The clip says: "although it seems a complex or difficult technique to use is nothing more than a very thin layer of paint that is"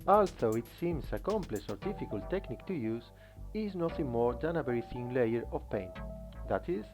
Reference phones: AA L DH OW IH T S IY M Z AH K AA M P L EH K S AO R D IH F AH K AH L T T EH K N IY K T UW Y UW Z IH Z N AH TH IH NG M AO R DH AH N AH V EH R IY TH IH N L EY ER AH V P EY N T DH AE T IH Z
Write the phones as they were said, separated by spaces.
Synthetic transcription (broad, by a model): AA L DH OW IH T S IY M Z AH K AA M P L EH S AO R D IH F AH K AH L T T EH K N IY K T UW Y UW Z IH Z N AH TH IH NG M AO R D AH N AH B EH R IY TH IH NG L EY ER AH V P EY N T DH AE T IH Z